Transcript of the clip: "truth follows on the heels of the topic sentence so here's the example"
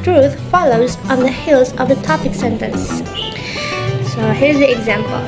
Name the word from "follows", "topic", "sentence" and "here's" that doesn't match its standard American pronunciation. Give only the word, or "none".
none